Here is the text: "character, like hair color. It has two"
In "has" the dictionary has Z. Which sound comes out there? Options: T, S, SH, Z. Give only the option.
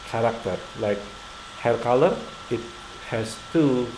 S